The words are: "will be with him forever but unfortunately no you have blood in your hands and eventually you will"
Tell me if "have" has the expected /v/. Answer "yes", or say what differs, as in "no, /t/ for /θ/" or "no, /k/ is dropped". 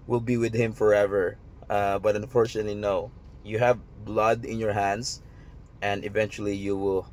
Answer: yes